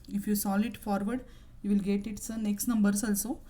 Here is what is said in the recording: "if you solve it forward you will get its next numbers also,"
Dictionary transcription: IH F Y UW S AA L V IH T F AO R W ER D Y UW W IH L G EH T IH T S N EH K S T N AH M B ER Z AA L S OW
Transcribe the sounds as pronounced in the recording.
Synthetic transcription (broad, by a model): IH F Y UW S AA L IH T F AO R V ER D Y UW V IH L G EH T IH T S N EH K S T N AH M B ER S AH L S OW